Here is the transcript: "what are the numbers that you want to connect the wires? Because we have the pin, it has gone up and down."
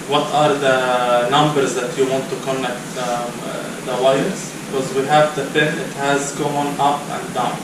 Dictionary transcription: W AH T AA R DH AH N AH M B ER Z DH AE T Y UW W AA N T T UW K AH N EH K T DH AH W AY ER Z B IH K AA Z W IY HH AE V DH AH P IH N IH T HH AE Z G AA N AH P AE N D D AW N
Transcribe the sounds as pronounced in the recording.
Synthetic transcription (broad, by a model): W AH T AA R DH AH N AH M B ER Z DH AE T Y UW W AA N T T UW K AH N EH K T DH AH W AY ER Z B IH K AA Z W IY HH AE V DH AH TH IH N IH T HH AE Z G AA N AH P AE N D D AW N